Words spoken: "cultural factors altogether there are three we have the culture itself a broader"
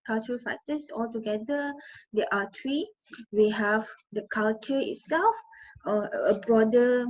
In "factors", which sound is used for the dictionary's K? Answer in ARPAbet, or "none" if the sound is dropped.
none